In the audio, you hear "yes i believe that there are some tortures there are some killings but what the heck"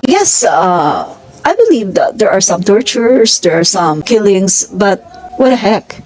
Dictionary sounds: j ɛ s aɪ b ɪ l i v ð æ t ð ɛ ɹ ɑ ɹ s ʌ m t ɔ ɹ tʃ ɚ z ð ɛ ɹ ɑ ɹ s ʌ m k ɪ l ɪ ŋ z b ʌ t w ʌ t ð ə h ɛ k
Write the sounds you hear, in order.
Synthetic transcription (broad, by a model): j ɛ s aɪ b ɪ l i v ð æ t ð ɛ ɹ ɑ ɹ s ʌ m t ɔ ɹ tʃ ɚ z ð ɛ ɹ ɑ ɹ s ʌ m k ɪ l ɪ ŋ s b ʌ t w ʌ t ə h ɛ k